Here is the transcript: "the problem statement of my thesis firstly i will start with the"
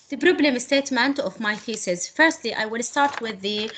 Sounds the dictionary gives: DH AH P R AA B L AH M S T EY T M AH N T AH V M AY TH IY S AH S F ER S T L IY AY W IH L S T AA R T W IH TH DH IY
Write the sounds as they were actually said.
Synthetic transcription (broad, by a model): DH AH B R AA B L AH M S T EY T M AH N T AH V M AY F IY S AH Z F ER S T L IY AY W IH L S T AA R T W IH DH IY